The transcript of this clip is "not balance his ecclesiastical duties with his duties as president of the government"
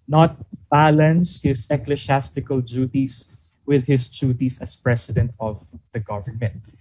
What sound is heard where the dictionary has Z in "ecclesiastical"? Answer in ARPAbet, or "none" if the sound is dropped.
S